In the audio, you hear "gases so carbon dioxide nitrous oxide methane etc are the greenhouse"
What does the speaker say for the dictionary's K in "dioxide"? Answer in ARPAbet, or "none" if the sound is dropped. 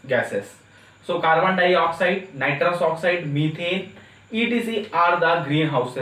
K